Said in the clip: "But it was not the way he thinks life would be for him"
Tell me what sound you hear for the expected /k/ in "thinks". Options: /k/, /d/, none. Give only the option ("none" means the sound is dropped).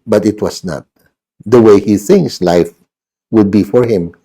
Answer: none